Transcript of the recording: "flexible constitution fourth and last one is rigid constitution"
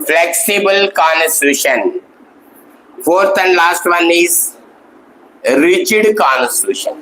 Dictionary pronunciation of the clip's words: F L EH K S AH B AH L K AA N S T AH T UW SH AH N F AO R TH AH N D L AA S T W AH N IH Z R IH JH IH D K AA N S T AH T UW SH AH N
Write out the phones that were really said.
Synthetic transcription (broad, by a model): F L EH K S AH B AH L K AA N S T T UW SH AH N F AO R T AH N D L AA S T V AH N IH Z R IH CH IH D K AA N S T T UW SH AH N